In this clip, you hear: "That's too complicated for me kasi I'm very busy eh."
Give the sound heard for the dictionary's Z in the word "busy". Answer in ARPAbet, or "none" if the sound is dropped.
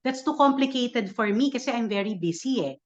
S